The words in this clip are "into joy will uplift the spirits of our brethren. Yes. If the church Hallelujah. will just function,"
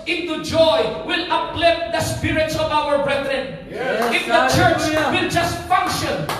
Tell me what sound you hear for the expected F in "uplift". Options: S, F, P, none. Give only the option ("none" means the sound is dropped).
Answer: none